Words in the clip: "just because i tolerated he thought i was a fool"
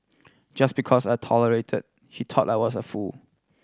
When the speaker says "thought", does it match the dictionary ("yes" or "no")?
no